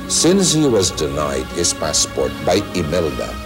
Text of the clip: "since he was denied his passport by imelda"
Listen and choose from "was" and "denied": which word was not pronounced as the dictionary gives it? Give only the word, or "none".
none